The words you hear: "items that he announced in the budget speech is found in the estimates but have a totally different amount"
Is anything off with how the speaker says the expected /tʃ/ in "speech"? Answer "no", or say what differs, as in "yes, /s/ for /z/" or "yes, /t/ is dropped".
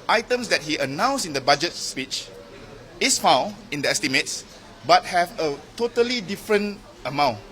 no